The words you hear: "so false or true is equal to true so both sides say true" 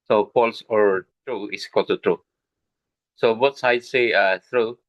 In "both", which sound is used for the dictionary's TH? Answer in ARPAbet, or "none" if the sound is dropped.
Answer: T